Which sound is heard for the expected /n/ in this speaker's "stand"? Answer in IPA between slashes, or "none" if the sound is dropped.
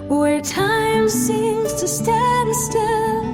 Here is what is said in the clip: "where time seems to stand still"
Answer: none